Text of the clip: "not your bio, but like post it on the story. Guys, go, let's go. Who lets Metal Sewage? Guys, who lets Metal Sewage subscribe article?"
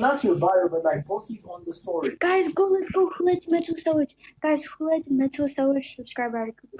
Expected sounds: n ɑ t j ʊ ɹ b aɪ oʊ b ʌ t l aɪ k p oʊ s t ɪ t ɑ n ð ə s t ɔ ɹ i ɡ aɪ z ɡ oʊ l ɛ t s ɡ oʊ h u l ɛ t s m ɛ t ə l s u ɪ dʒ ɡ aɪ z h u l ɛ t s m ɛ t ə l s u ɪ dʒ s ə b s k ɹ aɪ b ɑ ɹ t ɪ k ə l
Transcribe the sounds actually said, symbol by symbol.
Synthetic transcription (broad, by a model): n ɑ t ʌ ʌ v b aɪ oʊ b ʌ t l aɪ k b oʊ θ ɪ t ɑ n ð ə s t ɔ ɹ i ɡ aɪ z ɡ oʊ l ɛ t ɡ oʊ h u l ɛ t m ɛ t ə s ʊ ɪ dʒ ɡ aɪ z h u l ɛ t m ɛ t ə s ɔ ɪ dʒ s ə b s k ɹ aɪ b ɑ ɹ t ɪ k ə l